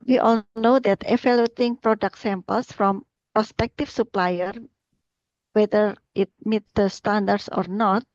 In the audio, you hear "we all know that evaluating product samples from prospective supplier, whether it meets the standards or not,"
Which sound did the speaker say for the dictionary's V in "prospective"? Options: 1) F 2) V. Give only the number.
1